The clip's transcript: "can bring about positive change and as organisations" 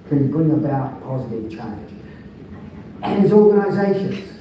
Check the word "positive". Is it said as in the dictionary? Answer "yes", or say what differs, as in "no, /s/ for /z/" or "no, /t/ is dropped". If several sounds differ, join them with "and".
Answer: yes